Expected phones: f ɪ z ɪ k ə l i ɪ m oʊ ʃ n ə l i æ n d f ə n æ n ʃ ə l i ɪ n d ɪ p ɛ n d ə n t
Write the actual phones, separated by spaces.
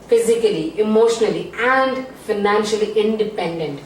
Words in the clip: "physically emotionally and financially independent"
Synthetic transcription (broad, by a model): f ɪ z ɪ k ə l i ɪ m oʊ ʃ n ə l i æ n d f ə n æ n ʃ ə l i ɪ n d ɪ p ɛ n d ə n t